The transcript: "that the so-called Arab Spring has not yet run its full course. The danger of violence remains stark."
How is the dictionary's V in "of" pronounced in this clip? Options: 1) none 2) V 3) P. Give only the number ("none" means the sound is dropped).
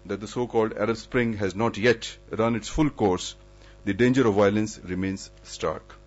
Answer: 2